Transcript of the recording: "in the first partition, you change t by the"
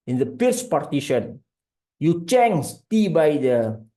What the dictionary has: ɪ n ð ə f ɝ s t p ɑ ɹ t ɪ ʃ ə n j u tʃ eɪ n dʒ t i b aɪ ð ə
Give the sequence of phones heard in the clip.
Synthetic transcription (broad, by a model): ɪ n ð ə p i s p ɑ ɹ t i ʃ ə n j u tʃ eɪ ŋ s t i b aɪ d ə